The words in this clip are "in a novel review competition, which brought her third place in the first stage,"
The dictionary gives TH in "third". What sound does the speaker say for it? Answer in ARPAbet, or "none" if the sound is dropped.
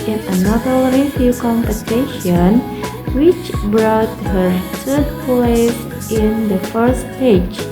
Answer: S